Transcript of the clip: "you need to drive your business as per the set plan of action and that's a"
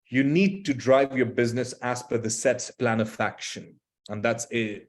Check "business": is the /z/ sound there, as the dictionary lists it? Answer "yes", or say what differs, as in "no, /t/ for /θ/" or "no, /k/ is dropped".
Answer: yes